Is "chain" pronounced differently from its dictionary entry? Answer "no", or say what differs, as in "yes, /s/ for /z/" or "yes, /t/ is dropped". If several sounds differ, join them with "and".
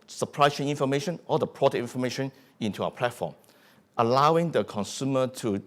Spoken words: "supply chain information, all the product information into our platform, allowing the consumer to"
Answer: yes, /s/ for /tʃ/